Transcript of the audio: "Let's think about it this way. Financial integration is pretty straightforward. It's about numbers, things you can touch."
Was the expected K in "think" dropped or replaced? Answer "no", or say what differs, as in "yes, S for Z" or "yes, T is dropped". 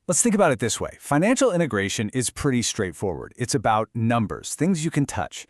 no